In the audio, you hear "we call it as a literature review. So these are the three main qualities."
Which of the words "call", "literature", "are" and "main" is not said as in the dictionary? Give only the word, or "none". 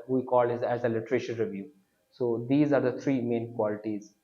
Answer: literature